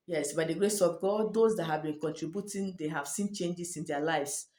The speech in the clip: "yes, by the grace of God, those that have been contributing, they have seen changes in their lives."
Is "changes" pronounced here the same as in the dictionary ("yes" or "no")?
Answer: no